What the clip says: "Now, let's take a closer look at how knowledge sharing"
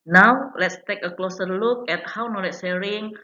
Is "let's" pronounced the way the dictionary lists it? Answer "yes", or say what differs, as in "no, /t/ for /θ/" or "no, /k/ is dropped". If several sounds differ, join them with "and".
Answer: yes